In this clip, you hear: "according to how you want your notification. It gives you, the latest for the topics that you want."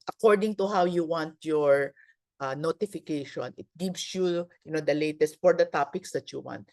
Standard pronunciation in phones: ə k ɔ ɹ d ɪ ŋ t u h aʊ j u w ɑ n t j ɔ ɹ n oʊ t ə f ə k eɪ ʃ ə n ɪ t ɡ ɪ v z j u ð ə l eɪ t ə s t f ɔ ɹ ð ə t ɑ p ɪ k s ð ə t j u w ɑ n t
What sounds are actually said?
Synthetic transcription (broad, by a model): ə k ɔ ɹ d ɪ ŋ t u h aʊ j u w ɑ n t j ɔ ɹ n oʊ t ə f ə k eɪ ʃ ə n ɪ t ɡ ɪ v s j u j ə l eɪ t ə s t f ɔ ɹ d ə t ɑ p ɪ k s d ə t j u w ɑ n t